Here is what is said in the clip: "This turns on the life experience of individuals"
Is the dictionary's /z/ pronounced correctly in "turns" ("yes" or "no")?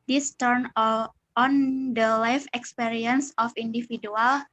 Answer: no